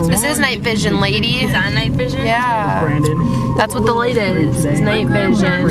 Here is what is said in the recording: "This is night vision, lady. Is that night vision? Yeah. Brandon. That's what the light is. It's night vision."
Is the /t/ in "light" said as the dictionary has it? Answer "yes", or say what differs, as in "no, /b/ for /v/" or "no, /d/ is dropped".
no, /t/ is dropped